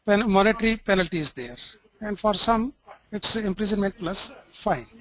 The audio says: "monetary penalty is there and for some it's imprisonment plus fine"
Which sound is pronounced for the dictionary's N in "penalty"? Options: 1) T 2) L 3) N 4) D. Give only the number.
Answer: 3